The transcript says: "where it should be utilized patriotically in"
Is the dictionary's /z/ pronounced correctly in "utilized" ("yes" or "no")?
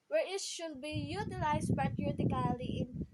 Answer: no